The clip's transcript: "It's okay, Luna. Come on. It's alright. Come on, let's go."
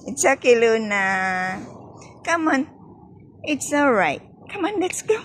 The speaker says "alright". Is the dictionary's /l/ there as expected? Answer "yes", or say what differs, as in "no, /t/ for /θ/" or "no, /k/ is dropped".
yes